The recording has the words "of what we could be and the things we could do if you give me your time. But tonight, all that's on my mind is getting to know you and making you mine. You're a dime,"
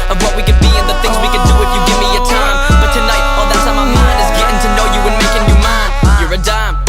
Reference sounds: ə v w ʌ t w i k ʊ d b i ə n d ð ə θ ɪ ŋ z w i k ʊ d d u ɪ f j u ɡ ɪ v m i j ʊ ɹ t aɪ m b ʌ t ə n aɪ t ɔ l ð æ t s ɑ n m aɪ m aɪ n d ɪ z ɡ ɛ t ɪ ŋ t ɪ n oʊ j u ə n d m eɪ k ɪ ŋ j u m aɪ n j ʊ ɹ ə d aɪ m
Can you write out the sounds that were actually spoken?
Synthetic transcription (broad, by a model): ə v w ʌ t w i k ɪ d b i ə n ð ə θ ɪ ŋ z w i k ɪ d d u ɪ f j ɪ ɡ ɪ v m i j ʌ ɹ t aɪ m b ʌ t ə n aɪ t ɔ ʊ ð æ t s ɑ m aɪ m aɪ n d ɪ s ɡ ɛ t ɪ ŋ t ɪ n oʊ j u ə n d m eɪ k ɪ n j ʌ m aɪ n j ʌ ɹ ə d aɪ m